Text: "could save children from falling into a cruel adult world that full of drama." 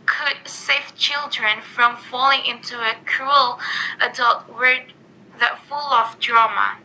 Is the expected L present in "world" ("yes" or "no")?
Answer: no